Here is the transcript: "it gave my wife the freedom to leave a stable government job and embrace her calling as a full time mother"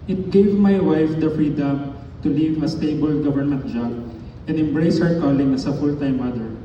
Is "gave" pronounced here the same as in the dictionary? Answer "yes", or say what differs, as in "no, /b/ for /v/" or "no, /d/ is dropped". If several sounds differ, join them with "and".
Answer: yes